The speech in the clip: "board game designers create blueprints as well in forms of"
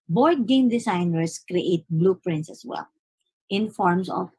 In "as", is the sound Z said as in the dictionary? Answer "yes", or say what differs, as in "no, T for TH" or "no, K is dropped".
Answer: no, S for Z